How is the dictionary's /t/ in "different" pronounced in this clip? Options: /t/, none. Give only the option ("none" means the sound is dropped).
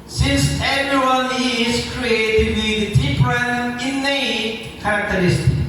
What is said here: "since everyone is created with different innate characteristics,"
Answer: none